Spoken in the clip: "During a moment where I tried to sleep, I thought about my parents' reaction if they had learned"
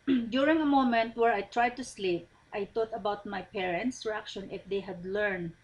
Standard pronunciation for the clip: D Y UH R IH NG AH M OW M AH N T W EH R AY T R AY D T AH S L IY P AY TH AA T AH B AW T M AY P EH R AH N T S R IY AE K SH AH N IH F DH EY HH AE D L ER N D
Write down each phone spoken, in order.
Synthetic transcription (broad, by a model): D Y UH R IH NG AH M OW M AH N T W EH R AY T R AY D T AH S L IY P AY T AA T AH B AW T M AY P EH R AH N T S R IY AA K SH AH N IH F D EY HH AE D L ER N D